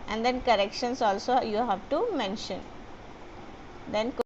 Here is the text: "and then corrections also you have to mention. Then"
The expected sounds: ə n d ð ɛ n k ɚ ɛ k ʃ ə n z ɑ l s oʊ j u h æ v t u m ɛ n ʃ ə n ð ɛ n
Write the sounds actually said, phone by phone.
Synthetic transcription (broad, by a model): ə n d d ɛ n k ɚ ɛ k ʃ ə n s ɑ l s oʊ j u h æ v t u m ɛ n ʃ ə n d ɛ n